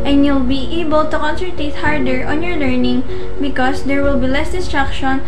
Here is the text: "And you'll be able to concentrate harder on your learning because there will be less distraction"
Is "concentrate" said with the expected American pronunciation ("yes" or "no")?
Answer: no